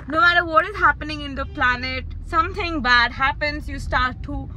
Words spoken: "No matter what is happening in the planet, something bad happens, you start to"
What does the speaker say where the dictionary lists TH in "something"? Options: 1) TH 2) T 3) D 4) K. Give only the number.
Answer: 2